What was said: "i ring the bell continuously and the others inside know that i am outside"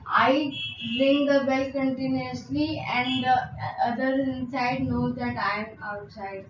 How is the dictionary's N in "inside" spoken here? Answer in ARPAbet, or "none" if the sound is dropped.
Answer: N